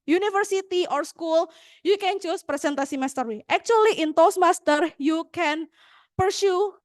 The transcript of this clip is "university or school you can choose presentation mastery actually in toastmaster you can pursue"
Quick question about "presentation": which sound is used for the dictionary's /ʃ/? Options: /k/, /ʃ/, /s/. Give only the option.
/s/